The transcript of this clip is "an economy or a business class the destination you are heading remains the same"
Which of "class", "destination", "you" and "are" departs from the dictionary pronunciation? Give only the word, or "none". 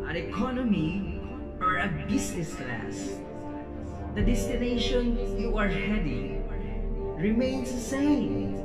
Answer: none